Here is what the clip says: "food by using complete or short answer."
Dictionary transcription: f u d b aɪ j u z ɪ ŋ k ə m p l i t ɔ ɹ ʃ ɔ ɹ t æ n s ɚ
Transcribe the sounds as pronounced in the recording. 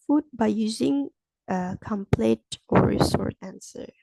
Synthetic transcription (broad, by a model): f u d b aɪ j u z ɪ ŋ k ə m p l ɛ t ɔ ɹ s ɔ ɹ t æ n s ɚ